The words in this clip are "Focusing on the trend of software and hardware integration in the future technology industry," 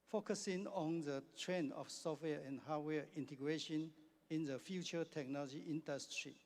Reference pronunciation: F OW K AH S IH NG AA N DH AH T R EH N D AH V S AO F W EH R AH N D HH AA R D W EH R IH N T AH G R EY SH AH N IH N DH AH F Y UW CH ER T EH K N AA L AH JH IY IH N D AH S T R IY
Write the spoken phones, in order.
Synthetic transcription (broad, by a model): F OW K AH S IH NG AA N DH AH T R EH N AH F S AO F W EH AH N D HH AA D W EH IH N T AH G R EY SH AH N IH N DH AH F Y UW CH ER T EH K N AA L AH JH IY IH N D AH S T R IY